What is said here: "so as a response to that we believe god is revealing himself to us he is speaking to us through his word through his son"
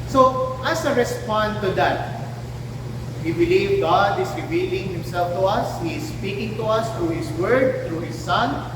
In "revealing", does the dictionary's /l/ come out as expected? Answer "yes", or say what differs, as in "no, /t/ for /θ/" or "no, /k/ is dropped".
yes